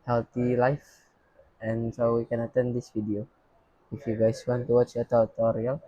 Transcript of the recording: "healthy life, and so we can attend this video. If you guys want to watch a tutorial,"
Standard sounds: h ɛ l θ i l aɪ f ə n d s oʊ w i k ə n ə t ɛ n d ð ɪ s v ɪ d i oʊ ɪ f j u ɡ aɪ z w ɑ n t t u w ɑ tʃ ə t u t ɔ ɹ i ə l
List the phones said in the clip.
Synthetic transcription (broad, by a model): h ɛ l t i l aɪ f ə n s oʊ w i k ə n ə t ɛ n d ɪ s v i d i oʊ ɪ f j u ɡ aɪ s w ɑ n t t u w ɑ tʃ ə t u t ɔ ɹ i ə l